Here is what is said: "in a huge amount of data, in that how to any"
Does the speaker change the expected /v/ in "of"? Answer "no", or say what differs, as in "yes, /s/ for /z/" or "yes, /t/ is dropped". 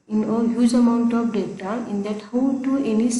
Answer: yes, /p/ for /v/